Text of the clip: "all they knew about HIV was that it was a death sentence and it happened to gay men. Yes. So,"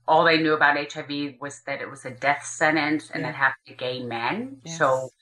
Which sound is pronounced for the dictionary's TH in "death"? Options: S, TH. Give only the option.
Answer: TH